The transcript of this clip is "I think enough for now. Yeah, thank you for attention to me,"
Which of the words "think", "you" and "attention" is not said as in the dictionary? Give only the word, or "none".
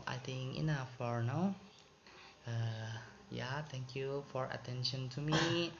think